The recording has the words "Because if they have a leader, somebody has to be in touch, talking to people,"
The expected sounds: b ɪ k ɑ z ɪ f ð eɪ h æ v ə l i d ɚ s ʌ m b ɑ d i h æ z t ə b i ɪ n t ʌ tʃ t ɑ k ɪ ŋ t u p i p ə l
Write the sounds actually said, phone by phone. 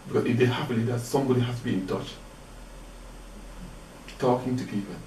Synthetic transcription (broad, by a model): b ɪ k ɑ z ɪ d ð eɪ h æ p ə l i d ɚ s ʌ m b ɑ d i h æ s t ə b i ɪ n t ʌ tʃ t ɑ k ɪ ŋ t u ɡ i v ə